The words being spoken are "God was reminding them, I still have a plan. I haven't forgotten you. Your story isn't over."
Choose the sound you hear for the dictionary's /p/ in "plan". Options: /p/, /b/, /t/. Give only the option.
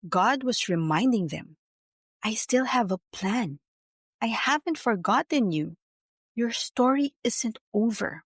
/p/